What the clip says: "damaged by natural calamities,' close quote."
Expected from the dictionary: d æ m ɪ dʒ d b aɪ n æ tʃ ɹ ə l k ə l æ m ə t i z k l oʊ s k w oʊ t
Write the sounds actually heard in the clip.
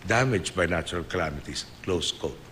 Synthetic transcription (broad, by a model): d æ m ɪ dʒ b aɪ n æ tʃ ɹ ə l k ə l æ m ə t i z k l oʊ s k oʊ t